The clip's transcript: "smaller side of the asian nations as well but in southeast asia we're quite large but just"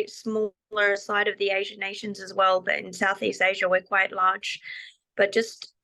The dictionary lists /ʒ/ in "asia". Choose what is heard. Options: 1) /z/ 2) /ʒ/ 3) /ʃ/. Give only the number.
2